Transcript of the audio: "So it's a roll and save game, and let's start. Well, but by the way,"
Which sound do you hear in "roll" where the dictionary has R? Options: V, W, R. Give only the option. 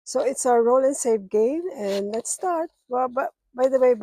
R